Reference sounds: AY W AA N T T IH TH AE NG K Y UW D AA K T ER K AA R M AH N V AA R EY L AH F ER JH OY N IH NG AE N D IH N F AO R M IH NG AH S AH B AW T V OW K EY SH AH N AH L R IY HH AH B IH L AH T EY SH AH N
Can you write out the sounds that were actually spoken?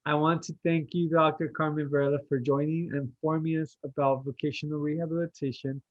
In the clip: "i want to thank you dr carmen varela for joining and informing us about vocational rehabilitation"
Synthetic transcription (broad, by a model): AY W AA N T T IH TH AE NG K Y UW D AA K T ER K AA R M AH N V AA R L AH F ER JH OY N IH NG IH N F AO R M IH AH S AH B AW T V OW K EY SH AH N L R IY HH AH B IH L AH T EY SH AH N